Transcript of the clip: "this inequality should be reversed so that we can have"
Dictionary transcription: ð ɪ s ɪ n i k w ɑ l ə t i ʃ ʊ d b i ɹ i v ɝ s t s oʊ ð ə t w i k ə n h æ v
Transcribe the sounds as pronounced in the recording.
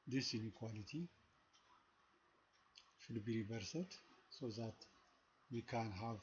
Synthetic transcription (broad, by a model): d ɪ s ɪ n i k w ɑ l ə t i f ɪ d b i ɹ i b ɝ s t s oʊ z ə t w i k ə n h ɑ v